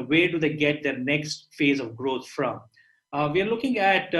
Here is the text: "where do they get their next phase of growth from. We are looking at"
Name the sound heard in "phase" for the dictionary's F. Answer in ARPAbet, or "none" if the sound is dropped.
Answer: F